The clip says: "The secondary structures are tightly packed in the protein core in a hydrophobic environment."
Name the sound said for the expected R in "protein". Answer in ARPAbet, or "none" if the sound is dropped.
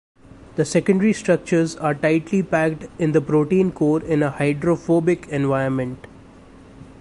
R